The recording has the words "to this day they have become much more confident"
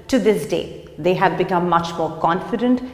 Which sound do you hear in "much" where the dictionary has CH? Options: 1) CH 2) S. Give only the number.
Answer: 1